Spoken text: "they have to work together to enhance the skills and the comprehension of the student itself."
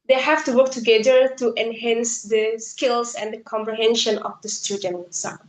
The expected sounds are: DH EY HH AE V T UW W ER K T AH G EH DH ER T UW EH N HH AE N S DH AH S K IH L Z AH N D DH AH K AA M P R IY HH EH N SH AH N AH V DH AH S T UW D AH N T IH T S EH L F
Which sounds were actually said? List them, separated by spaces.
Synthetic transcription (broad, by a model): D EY HH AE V T UW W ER K T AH G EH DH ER T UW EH N HH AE N S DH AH S K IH L S AH N D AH K AA M P R IY HH EH N SH AH N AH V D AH S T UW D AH N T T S